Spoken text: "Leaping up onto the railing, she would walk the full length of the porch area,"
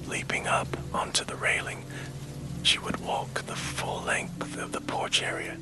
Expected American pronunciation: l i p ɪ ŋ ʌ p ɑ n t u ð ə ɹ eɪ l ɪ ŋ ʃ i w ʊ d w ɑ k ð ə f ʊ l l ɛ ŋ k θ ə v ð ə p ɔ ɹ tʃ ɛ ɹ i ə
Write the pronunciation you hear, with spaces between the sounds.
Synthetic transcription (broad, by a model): l i p ɪ ŋ ʌ p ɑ n t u ð ə ɹ eɪ l ɪ ŋ ʃ i w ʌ d w ɑ k ð ə f ʊ l l ɛ ŋ k θ ə v ð ə p ɔ ɹ tʃ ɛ ɹ i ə